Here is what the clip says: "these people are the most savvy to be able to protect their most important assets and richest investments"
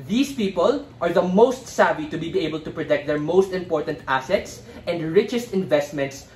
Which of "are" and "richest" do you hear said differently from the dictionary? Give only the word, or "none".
none